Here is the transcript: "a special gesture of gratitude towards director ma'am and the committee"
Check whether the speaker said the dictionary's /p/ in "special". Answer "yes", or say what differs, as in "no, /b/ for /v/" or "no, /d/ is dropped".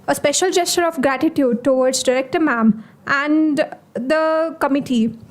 yes